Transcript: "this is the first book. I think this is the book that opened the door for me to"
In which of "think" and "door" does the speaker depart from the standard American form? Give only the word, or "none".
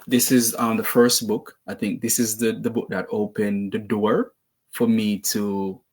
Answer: none